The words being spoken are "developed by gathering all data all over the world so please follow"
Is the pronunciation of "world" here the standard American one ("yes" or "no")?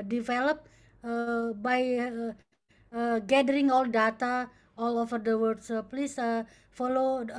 no